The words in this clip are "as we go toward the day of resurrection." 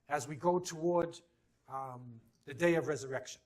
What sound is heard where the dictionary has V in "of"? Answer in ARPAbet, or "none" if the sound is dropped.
V